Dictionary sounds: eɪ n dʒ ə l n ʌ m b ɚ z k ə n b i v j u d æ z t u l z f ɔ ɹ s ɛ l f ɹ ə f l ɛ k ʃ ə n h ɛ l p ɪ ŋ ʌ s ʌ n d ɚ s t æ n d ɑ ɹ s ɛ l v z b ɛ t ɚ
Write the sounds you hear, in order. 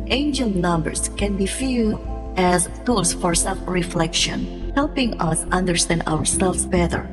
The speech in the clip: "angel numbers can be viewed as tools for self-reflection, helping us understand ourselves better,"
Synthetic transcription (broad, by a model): eɪ n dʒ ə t n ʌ m b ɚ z k ə n b i f j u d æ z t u l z f ɔ ɹ s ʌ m ɹ ə f l ɛ k ʃ ə n h ɛ l p ɪ ŋ ʌ s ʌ n d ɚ s t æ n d ɑ ɹ s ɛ l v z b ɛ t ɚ